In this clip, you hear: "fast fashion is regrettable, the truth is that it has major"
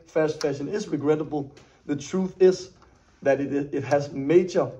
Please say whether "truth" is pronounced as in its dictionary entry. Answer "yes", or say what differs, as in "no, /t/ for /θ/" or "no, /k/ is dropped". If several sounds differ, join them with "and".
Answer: yes